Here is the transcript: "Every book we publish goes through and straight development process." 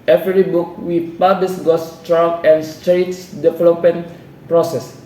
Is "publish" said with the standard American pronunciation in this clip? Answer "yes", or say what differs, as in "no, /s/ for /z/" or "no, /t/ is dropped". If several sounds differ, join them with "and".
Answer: no, /s/ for /ʃ/